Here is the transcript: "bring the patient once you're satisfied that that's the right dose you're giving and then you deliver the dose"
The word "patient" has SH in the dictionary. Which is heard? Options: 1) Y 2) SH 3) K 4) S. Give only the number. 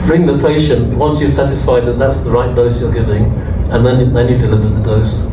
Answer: 2